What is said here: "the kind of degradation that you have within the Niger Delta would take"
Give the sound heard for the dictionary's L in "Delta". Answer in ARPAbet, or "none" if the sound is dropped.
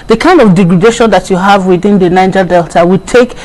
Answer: L